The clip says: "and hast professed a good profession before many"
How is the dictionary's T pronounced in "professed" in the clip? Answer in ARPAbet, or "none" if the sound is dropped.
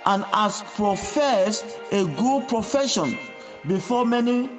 none